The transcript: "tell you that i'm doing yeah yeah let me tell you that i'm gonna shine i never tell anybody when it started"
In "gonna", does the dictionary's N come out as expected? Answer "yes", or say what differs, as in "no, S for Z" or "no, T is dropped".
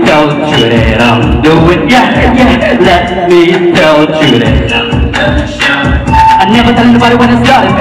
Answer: no, N is dropped